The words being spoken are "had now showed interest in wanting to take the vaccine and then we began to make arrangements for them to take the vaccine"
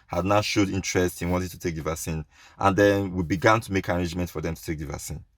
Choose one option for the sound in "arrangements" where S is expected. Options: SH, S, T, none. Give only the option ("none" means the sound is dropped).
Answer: none